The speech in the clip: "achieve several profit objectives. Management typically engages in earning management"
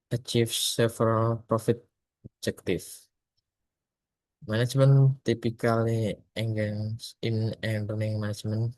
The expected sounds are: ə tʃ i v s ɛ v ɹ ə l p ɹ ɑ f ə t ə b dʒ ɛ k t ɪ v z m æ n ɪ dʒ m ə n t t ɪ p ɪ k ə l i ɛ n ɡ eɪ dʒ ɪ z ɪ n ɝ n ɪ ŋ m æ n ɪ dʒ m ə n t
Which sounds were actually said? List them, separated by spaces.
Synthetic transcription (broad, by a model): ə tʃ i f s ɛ f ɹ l p ɹ ɑ f ə t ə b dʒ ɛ k t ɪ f m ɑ n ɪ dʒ m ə n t t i p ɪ k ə l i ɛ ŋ ɡ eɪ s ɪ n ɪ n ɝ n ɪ ŋ m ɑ n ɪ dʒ m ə n